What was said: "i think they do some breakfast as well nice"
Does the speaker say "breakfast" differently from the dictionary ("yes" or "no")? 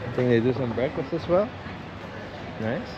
yes